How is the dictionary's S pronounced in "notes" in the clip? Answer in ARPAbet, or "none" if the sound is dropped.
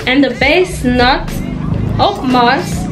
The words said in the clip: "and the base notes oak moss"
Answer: none